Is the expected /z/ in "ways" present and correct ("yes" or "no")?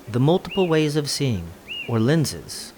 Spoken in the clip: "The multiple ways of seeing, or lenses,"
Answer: yes